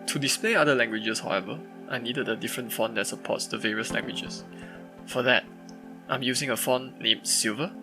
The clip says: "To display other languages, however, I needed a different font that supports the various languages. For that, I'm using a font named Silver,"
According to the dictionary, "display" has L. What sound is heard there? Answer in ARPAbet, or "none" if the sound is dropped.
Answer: L